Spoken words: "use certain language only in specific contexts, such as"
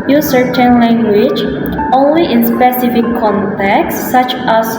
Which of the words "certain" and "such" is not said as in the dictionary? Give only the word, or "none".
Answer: none